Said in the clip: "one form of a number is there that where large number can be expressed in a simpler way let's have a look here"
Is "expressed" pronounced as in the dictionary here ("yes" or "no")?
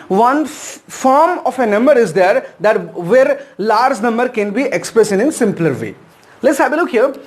no